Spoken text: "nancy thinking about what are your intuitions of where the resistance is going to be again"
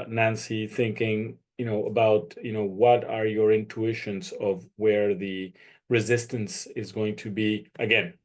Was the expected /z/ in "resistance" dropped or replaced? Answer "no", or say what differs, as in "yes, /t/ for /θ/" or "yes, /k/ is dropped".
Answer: no